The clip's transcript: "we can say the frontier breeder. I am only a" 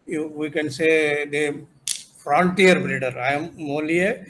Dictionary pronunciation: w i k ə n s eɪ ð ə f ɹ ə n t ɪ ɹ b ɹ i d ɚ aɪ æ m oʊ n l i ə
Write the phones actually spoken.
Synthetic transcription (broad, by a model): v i k ə n s eɪ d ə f ɹ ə n t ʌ ɹ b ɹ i d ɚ aɪ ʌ m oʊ l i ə